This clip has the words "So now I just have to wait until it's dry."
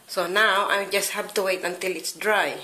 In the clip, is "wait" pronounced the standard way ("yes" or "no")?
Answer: yes